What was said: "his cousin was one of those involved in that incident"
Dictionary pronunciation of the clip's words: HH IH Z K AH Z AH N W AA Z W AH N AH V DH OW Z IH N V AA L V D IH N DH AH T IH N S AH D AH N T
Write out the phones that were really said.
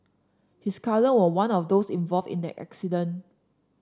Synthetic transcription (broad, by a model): HH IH S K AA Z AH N W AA W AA N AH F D OW S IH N V AA L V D IH N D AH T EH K S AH D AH N